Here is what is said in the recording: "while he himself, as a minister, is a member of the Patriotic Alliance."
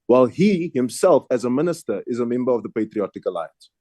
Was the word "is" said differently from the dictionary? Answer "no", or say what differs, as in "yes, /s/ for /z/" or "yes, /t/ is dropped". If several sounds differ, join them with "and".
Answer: no